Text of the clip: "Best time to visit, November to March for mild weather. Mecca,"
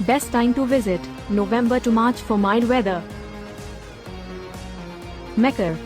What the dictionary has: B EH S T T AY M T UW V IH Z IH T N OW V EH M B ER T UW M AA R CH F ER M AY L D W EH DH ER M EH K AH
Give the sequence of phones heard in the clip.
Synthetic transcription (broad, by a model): B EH S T T AY M T UW V IH Z IH T N OW V EH M B ER T UW M AA R CH F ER M AY D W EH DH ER M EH K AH